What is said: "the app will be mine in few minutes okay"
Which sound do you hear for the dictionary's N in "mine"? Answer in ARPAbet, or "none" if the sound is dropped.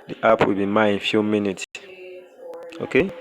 none